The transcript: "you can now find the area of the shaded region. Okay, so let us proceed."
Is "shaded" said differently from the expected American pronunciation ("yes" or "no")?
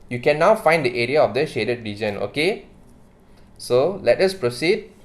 no